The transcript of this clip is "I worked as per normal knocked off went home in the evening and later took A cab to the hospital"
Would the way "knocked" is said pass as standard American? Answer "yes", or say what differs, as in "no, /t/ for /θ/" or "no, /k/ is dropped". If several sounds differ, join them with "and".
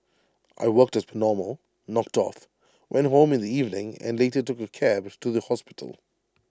yes